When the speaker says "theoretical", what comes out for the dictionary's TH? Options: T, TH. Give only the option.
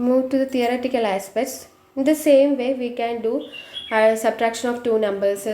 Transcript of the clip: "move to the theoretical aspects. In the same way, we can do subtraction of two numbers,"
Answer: T